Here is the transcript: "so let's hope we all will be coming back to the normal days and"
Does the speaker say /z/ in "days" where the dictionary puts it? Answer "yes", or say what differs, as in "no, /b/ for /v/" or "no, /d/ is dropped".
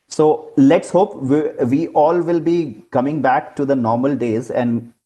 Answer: yes